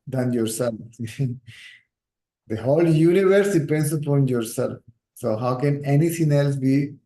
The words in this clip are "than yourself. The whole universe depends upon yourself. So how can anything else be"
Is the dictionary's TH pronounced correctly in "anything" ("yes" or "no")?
no